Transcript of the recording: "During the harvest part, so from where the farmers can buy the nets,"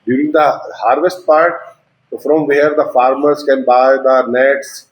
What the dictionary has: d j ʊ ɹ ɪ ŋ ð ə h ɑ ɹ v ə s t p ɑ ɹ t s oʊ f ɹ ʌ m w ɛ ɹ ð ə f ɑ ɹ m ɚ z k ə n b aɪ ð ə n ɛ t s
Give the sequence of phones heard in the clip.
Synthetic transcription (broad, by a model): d j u ɹ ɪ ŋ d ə h ɑ ɹ v ə s t p ɑ ɹ t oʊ f ɹ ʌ m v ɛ ɹ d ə f ɑ ɹ m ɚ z k ə n b aɪ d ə n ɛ t s